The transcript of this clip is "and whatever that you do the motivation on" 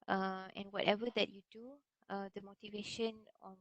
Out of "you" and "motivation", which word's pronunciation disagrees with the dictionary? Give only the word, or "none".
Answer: none